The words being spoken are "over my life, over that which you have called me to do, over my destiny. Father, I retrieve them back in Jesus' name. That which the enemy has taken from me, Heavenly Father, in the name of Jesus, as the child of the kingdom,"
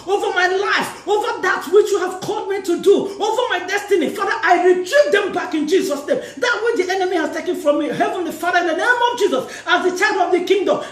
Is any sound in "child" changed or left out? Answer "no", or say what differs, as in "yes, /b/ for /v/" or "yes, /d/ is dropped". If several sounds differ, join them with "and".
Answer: yes, /l/ is dropped